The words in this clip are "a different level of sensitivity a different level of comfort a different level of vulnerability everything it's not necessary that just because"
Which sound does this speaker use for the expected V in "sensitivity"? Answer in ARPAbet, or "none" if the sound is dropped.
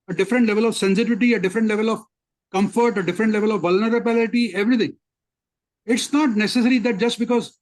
V